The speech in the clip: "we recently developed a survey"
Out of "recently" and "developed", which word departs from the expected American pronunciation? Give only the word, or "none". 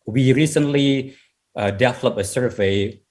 developed